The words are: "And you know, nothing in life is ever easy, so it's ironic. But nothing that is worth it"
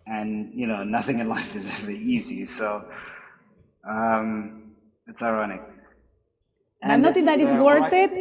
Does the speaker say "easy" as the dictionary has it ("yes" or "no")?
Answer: yes